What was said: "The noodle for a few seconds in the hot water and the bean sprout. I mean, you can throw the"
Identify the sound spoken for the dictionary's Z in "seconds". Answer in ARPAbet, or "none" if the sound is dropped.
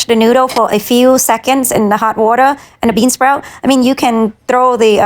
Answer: Z